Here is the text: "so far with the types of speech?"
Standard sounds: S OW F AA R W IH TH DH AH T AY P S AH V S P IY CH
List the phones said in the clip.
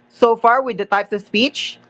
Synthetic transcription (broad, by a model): S OW F AA R W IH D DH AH T AY P S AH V S P IY CH